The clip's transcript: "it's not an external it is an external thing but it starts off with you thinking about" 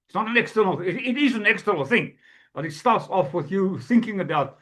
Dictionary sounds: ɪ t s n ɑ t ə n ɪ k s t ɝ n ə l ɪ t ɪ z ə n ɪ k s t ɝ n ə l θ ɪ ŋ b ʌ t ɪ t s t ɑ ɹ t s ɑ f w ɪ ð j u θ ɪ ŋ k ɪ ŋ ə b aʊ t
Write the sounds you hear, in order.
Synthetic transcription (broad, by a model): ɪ t s n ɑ t ə n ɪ k s t ɝ n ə l ɪ t ɪ z ə n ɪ k s t ɝ n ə l θ ɪ ŋ b ʌ t ɪ t s t ɑ ɹ t s ɑ f w ɪ ð j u θ ɪ ŋ k ɪ ŋ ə b aʊ t